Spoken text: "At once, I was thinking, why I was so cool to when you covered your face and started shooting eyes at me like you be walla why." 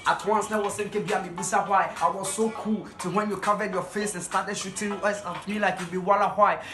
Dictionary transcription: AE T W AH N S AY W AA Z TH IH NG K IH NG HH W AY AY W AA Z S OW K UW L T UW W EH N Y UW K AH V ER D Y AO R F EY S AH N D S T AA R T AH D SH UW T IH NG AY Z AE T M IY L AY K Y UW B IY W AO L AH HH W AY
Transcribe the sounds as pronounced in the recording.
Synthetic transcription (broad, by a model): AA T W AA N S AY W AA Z S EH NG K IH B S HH AY AY W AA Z S OW K UW L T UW W EH N Y UW K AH V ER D Y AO F EY S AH N S T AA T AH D SH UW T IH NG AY S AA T M IY L AY K Y UW B IY W AO L AH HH W AY